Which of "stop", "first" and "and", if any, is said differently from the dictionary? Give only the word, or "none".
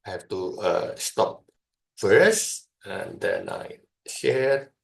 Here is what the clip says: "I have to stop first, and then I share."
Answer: first